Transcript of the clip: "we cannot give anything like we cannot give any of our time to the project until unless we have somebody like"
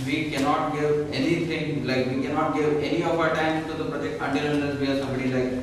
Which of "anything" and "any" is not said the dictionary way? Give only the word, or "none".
anything